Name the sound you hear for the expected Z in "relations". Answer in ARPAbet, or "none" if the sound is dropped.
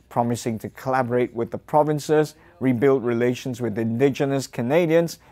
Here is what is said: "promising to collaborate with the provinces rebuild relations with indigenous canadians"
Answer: Z